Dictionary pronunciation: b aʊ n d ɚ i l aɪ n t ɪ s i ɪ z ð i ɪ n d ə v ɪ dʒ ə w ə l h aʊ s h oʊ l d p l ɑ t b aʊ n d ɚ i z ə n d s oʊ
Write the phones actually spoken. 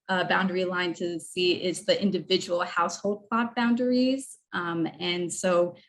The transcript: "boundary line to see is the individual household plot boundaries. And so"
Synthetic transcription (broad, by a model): b aʊ n d ɚ i l aɪ n t ɪ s i ɪ z ð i ɪ n d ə v ɪ dʒ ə w l h aʊ s h oʊ l d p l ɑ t b aʊ n d ɚ i z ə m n s oʊ